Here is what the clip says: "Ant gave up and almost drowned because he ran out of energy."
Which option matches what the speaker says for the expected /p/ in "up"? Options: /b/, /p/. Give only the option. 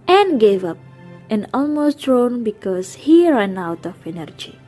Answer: /p/